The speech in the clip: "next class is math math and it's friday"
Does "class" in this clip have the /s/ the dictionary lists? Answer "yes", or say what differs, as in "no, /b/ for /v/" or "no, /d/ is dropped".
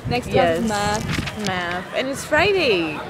no, /s/ is dropped